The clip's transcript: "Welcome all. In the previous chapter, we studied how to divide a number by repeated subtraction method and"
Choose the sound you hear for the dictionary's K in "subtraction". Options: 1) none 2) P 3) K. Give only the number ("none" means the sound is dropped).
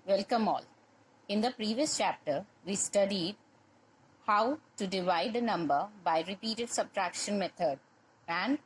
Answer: 3